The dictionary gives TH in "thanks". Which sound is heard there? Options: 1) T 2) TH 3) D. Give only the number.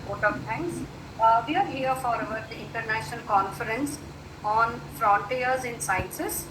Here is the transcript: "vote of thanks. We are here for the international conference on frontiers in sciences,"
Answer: 1